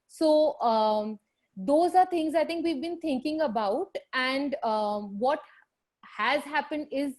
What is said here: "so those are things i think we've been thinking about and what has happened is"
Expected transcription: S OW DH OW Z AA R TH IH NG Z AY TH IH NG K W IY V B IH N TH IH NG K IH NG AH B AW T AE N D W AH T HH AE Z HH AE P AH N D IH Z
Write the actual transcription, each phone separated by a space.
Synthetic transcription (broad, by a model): S OW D OW Z AA R T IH NG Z AY T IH NG K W IY V B IH N T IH NG K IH NG AH B AW T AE N D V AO T HH AE Z HH AE P AH N D IH Z